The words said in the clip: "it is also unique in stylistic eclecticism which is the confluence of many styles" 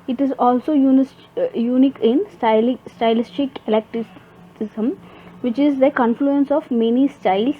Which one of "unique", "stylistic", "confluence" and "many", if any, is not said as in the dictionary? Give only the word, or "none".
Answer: none